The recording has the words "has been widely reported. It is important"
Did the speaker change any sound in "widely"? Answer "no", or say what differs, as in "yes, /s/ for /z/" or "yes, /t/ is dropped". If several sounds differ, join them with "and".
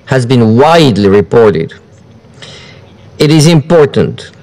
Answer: no